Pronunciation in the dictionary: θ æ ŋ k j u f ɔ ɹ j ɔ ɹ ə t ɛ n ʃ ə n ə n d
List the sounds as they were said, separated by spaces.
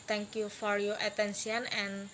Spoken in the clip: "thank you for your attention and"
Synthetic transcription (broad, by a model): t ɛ ŋ k j u f ɔ ɹ j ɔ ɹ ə t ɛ n s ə n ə n